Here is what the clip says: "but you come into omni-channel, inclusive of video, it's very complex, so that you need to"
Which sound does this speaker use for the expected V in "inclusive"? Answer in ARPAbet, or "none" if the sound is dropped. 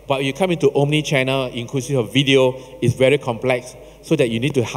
none